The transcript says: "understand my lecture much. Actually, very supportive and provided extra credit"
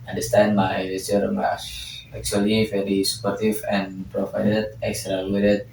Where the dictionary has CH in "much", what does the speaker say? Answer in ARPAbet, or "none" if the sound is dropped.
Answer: S